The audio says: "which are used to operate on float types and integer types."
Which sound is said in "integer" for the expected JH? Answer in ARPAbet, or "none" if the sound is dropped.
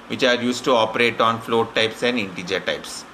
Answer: JH